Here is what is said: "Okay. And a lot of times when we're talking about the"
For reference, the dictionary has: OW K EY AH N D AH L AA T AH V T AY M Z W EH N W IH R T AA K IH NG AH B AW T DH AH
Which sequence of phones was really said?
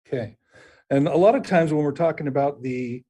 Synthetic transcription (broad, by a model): K EY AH N AH L AA T AH V T AY M Z W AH N W IH R T AA K IH NG AH B AW T DH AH